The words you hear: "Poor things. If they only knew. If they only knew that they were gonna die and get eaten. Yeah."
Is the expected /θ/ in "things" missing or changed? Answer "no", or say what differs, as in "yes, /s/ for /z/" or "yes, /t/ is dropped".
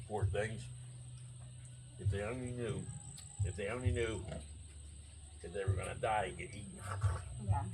no